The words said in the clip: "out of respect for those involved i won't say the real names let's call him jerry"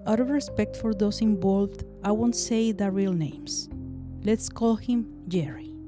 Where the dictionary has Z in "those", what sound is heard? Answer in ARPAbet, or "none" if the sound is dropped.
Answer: S